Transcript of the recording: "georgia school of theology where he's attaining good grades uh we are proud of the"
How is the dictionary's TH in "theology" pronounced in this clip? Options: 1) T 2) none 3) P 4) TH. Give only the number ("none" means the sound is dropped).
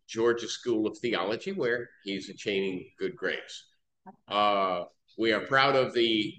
4